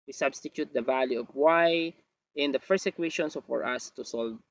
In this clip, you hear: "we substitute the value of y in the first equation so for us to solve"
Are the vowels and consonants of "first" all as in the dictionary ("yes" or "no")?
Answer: no